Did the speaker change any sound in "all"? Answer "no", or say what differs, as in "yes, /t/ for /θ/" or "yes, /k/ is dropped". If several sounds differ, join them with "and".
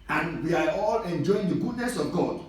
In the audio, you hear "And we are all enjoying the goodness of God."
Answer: no